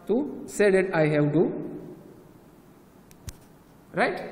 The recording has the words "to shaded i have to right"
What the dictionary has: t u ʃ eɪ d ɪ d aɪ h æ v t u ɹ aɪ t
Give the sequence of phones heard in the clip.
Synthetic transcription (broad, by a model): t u s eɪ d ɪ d aɪ h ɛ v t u ɹ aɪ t